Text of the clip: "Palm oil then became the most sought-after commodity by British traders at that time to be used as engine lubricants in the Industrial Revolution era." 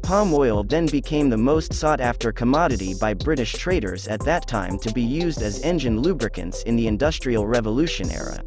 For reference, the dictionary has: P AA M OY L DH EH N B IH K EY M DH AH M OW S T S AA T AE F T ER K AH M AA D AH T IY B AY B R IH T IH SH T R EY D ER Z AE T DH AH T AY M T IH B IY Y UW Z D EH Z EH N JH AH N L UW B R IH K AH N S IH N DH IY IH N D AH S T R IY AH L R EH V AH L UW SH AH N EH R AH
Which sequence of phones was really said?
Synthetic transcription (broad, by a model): P AA M OY L DH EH N B IH K EY M DH AH M OW S T S AA T AE F T ER K AH M AA D AH T IY B AY B R IH T IH SH T R EY D ER Z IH T DH AH T AY M T IH B IY Y UW Z D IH Z EH N JH AH N L UW B R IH K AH N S IH N DH IY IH N D AH S T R IY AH L R EH V AH L UW SH AH N EH R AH